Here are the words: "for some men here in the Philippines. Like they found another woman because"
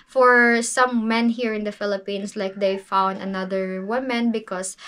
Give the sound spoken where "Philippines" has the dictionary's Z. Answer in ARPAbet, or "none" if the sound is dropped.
S